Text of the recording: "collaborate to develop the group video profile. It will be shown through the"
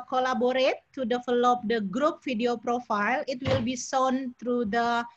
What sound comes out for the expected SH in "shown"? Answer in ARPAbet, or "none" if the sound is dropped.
S